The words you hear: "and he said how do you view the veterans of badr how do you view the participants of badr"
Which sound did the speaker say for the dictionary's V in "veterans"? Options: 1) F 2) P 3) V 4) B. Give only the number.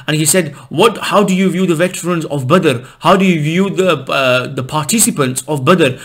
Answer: 3